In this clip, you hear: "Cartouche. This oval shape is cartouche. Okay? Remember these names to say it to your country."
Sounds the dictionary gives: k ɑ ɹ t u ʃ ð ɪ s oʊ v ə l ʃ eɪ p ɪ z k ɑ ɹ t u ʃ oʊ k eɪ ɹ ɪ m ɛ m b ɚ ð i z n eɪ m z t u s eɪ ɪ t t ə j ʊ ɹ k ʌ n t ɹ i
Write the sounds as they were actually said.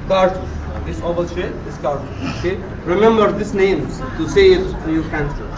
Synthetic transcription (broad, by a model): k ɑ ɹ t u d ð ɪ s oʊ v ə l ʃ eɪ ɪ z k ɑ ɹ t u oʊ k eɪ ɹ ɪ m ɛ m b ɚ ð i s n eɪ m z t u s eɪ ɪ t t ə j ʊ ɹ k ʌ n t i